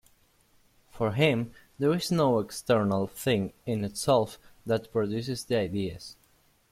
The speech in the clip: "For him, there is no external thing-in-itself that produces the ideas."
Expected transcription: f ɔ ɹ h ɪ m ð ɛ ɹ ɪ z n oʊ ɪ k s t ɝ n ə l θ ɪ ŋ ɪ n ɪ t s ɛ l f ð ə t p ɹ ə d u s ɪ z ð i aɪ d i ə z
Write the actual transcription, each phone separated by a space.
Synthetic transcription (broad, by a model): f ɔ ɹ h ɪ m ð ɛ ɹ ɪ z n oʊ ɪ k s t ɝ n ə l θ ɪ ŋ ɪ n ɪ t s ɛ l f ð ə t p ɹ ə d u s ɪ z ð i aɪ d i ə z